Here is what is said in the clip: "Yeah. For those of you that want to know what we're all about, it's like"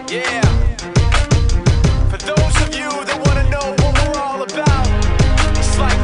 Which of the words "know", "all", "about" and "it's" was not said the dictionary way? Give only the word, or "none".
about